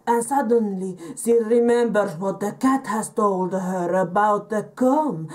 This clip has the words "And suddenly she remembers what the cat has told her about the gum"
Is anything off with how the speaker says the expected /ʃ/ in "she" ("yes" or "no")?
yes